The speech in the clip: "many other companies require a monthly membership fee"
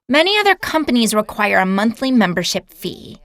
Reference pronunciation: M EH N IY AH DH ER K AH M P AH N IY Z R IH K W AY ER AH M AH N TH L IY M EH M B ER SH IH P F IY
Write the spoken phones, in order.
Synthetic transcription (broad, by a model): M EH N IY AH DH ER K AH M P AH N IY Z R IH K W AY ER AH M AH N TH L IY M EH M B ER SH IH P F IY